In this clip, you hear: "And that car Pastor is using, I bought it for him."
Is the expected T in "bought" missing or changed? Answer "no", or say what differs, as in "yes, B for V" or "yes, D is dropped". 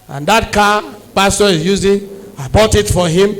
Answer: no